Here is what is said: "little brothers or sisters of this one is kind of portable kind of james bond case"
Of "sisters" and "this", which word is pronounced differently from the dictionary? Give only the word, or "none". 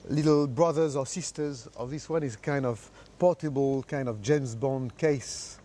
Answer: none